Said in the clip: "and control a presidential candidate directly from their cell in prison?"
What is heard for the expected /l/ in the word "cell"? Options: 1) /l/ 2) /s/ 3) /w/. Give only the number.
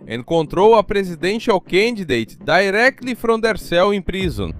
3